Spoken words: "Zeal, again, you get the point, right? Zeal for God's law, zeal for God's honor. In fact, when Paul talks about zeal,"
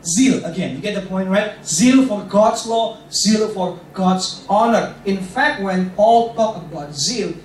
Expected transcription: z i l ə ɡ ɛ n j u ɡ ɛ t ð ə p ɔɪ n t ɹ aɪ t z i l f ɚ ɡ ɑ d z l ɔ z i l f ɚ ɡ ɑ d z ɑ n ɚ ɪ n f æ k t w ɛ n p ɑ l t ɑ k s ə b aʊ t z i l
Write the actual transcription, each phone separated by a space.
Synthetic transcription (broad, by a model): z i l ə ɡ ɛ n j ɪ ɡ ɛ t ð ə p ɔɪ n t ɹ aɪ t z i l f ɚ ɡ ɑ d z l ɔ z i l f ɚ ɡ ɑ d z ɑ n ɚ ɪ n f æ k t w ɛ n p ɑ l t ɑ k ə b aʊ t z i l